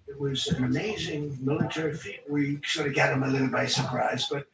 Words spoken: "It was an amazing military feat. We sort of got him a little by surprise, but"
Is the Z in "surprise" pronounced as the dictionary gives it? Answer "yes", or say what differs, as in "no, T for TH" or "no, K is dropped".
yes